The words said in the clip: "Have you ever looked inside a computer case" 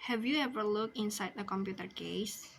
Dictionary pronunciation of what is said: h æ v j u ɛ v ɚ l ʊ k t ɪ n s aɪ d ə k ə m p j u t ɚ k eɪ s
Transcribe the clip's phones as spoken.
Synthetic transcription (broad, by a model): h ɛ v j u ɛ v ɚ l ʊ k ɪ n s aɪ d ə k ə m p j u t ɚ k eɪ s